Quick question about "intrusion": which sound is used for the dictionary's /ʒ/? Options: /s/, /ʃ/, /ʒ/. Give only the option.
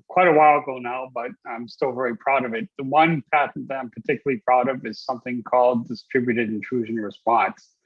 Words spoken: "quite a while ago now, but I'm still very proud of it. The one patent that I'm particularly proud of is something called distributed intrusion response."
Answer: /ʒ/